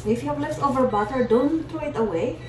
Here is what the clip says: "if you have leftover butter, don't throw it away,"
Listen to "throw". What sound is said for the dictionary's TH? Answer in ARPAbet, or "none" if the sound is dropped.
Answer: T